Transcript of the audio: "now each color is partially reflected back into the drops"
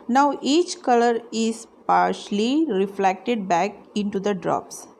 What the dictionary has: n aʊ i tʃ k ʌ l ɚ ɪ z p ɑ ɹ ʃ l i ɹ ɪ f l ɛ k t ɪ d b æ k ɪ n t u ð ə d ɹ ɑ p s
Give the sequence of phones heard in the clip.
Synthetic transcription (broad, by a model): n aʊ i tʃ k ʌ l ɚ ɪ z p ɑ ɹ ʃ l i ɹ ɪ f l ɛ k t ɪ d b æ k ɪ n t u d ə d ɹ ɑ p s